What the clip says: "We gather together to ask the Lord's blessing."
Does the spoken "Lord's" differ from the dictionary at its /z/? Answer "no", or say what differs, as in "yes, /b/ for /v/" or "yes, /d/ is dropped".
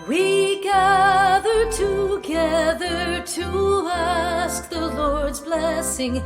no